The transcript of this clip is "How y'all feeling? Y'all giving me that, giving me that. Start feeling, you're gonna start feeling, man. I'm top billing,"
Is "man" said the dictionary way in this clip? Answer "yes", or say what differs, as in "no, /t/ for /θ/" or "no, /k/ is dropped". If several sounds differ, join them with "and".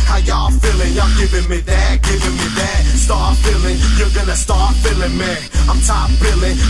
no, /n/ is dropped